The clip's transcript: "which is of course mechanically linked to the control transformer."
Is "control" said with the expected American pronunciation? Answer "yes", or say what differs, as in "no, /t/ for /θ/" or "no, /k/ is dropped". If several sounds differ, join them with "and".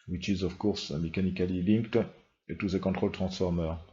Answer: no, /n/ is dropped